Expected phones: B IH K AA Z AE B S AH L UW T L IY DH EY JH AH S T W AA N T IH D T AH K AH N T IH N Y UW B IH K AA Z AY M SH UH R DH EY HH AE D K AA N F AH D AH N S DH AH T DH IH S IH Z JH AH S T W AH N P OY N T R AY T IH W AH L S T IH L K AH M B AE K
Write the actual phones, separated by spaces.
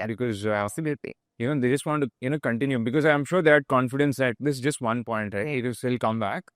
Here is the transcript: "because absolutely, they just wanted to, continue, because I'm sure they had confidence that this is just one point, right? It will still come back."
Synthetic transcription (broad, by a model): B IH K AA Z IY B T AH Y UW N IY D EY JH AH S T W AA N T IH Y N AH K AH N T IH N Y UW B IH K AA Z AY M SH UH R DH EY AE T K AA N F AH D AH N S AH T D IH S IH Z JH AH S T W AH N P OY N T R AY IH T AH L S T IH L K AH M B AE K